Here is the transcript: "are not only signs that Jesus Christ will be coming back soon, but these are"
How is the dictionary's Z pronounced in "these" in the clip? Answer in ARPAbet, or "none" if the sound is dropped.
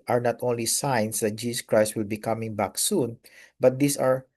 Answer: S